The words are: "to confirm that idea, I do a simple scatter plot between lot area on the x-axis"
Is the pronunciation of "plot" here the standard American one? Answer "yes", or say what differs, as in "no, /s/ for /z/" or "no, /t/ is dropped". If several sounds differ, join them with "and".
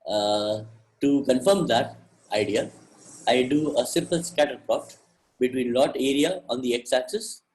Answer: no, /l/ is dropped